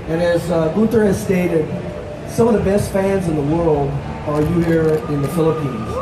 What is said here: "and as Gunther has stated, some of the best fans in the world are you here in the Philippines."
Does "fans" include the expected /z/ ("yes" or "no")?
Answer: yes